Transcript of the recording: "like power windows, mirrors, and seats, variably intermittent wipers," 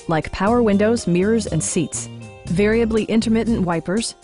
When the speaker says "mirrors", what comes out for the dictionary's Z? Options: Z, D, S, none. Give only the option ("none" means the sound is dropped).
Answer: Z